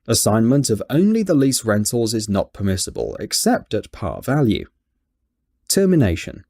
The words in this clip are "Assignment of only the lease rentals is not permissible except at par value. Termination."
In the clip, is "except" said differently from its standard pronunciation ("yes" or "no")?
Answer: no